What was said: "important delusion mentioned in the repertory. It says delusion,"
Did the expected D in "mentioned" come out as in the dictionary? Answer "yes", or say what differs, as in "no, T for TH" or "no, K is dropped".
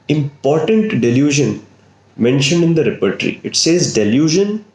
yes